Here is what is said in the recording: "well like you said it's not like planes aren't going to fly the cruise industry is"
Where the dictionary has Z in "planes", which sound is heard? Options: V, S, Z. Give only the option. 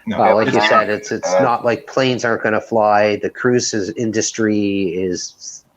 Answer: Z